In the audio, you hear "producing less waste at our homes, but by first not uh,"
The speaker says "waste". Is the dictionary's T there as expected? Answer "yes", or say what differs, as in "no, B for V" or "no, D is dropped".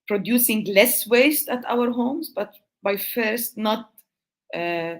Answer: yes